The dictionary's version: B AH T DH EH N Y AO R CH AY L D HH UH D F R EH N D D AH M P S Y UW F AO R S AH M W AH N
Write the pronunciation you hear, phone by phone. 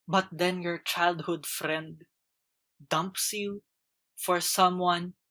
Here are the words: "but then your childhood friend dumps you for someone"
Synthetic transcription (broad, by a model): B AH T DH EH N Y AO R CH AY L D HH UH D F R EH N D D AH M P S Y UW F AO R S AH M W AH N